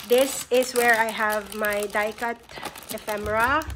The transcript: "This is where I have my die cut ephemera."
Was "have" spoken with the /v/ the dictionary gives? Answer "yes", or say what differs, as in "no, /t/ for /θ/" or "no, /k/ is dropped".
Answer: yes